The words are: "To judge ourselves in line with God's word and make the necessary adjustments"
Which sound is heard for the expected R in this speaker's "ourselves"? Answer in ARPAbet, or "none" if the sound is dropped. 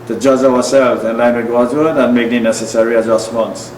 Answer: W